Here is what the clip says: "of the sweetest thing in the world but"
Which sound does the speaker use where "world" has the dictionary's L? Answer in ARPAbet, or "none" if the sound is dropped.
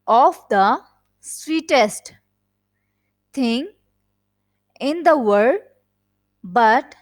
none